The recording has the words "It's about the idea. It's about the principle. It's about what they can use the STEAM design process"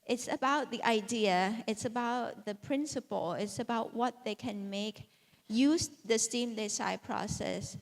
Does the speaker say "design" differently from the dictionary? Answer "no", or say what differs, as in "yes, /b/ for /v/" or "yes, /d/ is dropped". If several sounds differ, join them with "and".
yes, /s/ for /z/